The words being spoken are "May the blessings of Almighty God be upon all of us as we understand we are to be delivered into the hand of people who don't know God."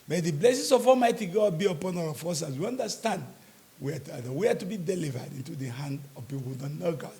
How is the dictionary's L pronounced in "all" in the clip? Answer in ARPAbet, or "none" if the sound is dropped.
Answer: W